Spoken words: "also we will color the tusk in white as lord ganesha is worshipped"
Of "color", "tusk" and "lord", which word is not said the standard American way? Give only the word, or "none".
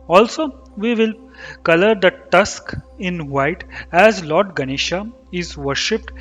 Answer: none